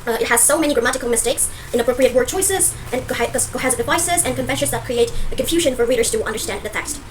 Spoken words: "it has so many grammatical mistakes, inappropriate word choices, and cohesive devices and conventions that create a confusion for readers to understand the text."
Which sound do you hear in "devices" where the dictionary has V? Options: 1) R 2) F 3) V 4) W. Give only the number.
3